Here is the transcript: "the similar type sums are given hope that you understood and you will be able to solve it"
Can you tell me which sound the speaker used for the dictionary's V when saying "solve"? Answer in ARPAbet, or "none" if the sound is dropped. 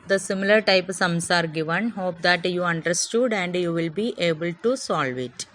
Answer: V